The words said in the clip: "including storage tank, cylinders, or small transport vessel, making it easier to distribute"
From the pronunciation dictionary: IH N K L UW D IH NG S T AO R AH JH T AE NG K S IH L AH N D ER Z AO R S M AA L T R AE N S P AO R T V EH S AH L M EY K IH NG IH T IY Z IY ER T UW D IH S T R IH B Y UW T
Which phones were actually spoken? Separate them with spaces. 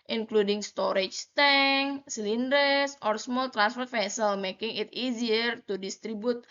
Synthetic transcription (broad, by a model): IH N K L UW D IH NG S T AO R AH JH T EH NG S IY L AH N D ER S AO R S M AA L T R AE N S F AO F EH S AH L M EY K IH NG IH T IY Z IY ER T UW D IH S T R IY B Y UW T